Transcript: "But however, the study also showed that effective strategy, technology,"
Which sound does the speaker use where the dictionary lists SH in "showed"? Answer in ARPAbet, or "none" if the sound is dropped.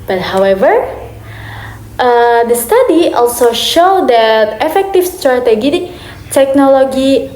SH